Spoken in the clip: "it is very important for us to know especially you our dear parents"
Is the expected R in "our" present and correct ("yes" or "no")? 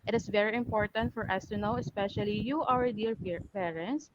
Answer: no